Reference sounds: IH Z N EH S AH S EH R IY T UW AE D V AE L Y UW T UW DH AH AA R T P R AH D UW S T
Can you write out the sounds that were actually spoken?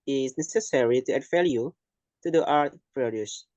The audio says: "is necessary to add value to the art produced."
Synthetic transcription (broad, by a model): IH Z N EH S AH S EH R IY T UW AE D F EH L Y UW T UW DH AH AA R T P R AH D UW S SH